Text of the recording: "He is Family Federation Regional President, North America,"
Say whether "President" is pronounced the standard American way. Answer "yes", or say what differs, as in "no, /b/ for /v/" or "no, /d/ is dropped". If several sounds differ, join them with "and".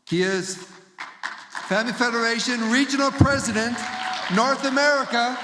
yes